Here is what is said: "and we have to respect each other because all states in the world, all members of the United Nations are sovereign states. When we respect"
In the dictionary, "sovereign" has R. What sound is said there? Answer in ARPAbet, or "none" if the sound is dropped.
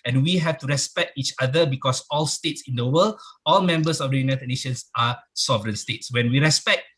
R